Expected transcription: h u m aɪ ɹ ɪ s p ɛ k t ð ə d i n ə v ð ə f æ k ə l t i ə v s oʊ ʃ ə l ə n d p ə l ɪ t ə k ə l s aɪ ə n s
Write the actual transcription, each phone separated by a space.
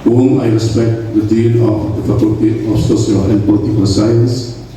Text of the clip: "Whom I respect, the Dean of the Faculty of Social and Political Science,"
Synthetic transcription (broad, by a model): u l aɪ ɹ ɪ s p ɛ k t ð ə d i l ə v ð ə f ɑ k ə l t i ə f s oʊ s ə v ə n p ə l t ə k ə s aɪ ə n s